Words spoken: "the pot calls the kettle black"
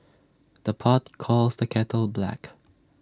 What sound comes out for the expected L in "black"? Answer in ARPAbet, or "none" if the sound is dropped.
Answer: L